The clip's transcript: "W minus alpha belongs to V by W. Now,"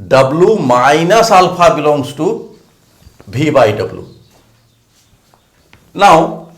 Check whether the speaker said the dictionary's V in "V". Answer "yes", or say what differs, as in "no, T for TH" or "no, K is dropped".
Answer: no, B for V